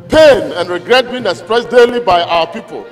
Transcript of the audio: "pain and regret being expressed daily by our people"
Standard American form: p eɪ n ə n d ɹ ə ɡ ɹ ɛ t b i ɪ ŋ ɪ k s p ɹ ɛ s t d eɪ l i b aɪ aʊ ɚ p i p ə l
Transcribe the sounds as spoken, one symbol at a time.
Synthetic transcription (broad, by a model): p eɪ n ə n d ɹ ə ɡ ɹ ɛ t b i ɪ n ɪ s p ɹ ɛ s d eɪ l i b aɪ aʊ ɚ p i p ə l